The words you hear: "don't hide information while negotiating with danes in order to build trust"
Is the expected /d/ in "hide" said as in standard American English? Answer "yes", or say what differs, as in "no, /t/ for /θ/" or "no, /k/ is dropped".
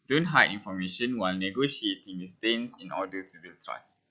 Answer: no, /d/ is dropped